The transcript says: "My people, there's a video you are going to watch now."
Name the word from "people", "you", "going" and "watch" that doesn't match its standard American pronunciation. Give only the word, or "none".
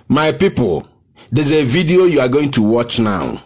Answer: none